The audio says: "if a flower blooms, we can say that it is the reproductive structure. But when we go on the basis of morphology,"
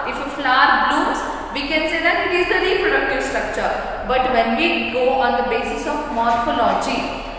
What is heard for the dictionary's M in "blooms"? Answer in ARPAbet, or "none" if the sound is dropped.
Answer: none